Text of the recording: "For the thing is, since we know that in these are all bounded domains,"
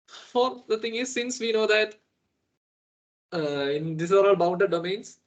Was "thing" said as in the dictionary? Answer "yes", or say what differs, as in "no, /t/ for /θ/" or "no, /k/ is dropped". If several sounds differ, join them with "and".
no, /t/ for /θ/